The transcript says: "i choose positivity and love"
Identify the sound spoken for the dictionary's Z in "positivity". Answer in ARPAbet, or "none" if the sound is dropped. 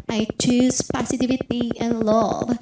S